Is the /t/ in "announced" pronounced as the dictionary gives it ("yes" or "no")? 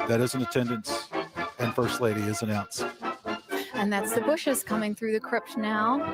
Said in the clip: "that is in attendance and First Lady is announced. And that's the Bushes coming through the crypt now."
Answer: no